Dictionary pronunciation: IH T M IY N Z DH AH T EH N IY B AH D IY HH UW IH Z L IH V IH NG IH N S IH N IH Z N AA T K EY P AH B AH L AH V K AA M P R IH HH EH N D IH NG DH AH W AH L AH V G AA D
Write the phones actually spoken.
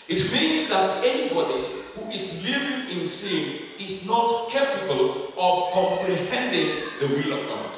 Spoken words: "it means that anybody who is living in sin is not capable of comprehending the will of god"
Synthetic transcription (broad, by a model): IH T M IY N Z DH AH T EH N IY B AH D IY HH UW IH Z L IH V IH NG IH N S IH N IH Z N AA T K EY P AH B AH L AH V K AA M P R IH HH EH N D IH NG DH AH W AH L AH V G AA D